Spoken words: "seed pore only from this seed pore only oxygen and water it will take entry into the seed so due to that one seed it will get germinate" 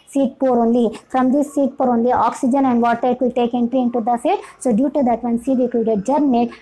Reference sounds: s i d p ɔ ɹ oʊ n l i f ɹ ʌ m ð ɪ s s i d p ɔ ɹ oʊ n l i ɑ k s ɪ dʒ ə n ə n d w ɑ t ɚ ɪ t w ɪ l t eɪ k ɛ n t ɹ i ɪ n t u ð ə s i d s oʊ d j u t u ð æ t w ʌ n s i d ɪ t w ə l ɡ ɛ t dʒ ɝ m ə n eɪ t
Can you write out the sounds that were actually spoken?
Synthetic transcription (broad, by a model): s i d p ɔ ɹ oʊ n l i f ɹ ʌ m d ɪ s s i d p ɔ ɹ oʊ n l i ɑ k s ɪ dʒ ə n ə n d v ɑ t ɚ ɪ t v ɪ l t eɪ k ɛ n t ɹ i ɪ n t u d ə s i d s oʊ d j u t u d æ t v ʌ n s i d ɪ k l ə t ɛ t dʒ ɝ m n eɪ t